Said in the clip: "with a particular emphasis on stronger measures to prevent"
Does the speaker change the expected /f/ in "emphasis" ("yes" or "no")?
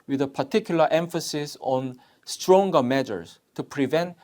no